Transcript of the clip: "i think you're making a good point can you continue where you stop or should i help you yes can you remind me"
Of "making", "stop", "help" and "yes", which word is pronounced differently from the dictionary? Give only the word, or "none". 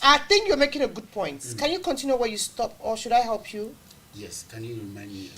none